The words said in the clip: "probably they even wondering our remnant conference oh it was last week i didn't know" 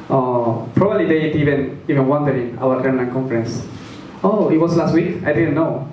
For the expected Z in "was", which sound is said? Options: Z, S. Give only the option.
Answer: S